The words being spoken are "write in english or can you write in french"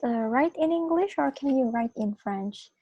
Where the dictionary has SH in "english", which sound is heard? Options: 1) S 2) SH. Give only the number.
2